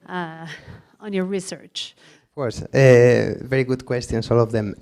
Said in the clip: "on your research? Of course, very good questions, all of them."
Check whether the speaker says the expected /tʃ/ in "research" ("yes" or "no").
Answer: yes